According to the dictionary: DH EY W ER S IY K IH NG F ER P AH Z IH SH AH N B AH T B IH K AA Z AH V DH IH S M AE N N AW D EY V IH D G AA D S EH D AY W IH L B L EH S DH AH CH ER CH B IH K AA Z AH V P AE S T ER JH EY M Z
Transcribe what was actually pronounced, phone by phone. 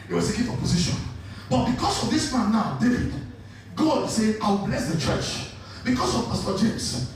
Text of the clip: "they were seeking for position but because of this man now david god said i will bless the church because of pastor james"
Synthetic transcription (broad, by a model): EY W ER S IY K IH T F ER P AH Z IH SH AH N B AH T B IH K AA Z AH V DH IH S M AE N N AW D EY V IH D G AA D S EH AY W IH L B L EH S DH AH CH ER CH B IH K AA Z AH V P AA S T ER JH EY M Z